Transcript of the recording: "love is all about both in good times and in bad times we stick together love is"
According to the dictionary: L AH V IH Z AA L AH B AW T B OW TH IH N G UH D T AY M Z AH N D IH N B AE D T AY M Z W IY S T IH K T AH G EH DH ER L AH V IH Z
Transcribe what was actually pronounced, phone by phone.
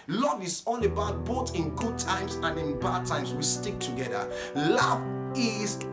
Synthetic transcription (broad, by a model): L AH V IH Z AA N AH B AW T B OW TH IH N G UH D T AY M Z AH N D IH N B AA D T AY M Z W IY S T IH K T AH G EH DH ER L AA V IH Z